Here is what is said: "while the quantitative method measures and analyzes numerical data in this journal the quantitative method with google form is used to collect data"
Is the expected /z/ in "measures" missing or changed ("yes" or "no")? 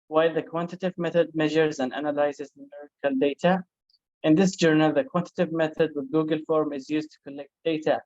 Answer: no